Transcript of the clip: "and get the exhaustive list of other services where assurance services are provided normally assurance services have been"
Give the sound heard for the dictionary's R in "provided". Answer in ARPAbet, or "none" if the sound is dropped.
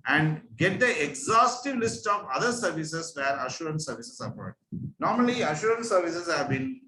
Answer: none